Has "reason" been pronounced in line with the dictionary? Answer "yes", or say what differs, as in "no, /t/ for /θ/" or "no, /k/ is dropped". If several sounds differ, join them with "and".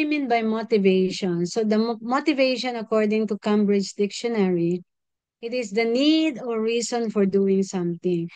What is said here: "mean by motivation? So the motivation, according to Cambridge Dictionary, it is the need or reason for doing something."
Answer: no, /s/ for /z/